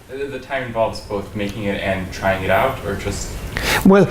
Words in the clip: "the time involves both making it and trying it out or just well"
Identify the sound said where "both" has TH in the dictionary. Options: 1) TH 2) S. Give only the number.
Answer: 1